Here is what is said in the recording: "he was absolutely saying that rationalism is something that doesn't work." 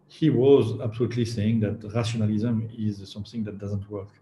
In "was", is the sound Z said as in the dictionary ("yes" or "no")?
yes